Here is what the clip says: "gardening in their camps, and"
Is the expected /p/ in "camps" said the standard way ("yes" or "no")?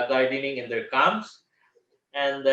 no